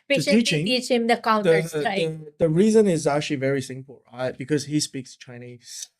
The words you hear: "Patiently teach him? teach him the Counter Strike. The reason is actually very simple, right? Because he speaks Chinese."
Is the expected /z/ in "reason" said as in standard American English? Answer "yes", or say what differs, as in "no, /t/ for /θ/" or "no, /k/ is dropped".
yes